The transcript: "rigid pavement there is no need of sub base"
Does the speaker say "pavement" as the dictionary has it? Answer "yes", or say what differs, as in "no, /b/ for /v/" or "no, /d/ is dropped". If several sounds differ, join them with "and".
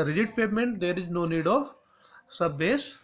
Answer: no, /v/ is dropped